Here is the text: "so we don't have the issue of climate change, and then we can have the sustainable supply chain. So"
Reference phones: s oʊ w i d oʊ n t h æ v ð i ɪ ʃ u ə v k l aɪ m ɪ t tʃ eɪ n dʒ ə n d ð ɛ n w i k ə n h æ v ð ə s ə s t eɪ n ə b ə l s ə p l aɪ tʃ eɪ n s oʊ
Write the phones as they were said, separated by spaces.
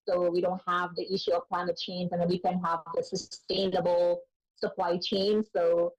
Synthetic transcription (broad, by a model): s oʊ w i d oʊ n t h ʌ v ð i ɪ ʃ u ə v k l aɪ m ɪ t tʃ eɪ n z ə n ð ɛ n w i k ə n h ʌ v ð ə s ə s t eɪ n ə b l s ə p l aɪ tʃ eɪ n s oʊ